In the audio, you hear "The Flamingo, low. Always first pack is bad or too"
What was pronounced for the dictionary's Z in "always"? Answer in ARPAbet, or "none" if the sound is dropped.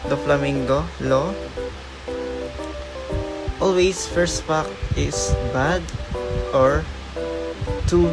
S